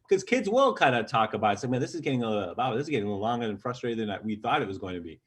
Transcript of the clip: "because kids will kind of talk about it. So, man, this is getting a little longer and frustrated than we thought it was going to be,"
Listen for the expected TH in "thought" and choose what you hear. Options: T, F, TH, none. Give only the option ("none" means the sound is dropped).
TH